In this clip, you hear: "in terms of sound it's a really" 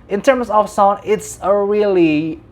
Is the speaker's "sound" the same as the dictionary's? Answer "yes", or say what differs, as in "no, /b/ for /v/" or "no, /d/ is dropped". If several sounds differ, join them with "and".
no, /d/ is dropped